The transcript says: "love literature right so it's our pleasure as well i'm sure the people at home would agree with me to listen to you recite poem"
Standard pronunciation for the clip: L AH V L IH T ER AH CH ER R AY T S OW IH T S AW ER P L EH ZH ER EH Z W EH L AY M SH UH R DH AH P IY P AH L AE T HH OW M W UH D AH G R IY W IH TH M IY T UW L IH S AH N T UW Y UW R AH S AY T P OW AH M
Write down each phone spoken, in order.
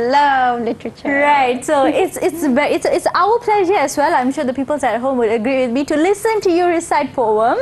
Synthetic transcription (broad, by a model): L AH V L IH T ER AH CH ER R AY T S OW IH T S AW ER P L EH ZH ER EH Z W EH L AY M SH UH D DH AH P IY P AH L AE T HH OW M W UH D AH G R IY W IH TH M IY T UW L IH S AH N T UW Y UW R AH S AY T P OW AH M